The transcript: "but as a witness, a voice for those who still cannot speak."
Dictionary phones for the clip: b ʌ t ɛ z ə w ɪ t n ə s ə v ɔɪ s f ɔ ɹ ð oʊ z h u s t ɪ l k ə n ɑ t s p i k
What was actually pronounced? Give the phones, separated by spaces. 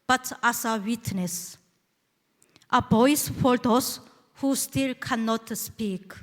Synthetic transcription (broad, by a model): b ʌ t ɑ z ə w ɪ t n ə s ə b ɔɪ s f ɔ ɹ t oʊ s h u s t ɪ l k ə n ɑ t s p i k